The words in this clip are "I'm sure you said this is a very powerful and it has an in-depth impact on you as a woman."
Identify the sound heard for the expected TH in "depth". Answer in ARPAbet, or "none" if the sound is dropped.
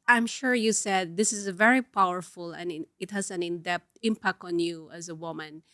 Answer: T